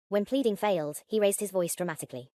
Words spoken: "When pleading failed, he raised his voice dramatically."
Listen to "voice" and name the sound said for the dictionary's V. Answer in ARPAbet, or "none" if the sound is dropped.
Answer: V